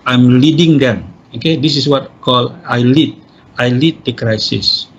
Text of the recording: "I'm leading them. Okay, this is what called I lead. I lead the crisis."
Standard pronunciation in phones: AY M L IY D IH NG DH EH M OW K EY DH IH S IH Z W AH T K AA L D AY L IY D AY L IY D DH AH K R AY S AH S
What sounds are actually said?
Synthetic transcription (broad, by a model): AY M L IY D IH NG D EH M OW K EY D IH S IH S W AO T K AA L AY L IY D AY L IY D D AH K R AY S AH S